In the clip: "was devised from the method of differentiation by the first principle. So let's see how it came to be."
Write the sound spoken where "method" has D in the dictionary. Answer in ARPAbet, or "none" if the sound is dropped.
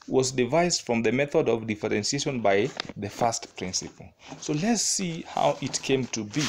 D